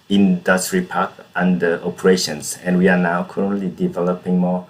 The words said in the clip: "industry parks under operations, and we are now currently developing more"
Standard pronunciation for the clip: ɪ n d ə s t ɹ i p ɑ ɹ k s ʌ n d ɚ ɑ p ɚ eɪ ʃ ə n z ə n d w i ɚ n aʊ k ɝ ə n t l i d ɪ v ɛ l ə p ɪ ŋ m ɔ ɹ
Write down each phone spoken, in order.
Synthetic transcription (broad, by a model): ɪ n d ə s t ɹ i p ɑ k ʌ n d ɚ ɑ p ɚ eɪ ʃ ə n s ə n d w i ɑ n aʊ k ɝ ə n t l i d ɪ v ɛ l ə p ɪ ŋ m ɔ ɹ